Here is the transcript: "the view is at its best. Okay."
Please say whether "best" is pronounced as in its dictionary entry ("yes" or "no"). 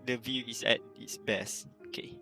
no